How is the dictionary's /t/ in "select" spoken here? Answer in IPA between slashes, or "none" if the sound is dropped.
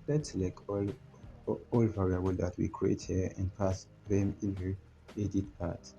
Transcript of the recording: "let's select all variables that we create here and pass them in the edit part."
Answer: none